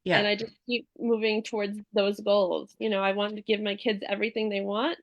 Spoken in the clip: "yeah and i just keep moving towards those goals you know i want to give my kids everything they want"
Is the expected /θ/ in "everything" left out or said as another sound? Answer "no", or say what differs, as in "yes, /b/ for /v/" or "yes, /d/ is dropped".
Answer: no